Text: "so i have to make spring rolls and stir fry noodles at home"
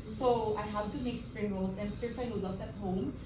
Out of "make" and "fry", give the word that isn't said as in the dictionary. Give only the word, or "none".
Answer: fry